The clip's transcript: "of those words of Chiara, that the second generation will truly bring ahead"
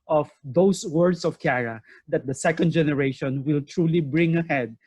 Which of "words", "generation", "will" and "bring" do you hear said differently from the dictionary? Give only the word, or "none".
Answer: words